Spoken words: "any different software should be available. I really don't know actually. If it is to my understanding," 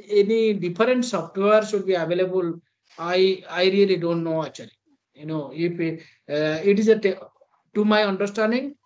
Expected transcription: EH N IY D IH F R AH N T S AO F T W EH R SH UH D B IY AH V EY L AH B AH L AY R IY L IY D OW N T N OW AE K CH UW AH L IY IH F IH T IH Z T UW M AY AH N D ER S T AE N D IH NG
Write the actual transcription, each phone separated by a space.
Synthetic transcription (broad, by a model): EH N IY D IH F R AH N T S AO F T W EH R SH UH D B IY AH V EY L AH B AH L AY R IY L IY D OW N T N OW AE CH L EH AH N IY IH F IH T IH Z T UW M AY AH N D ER S T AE N D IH NG